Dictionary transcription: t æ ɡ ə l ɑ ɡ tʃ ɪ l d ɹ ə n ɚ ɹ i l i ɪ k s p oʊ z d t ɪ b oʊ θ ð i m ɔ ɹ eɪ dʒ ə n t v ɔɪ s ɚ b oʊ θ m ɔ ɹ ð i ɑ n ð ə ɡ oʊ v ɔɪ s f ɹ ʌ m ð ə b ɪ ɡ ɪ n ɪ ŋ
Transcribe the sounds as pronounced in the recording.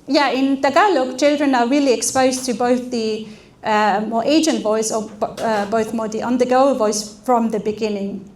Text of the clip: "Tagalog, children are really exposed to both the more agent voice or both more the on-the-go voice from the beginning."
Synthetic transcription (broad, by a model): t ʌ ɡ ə l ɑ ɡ tʃ ɪ l d ɹ ə n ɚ ɹ i l i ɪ k s p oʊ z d t ɪ b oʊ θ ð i m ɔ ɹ eɪ dʒ ə n t v ɔɪ s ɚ b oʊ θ m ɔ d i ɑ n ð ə ɡ oʊ v ɔɪ s f ɹ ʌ m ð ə b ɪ ɡ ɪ n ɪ ŋ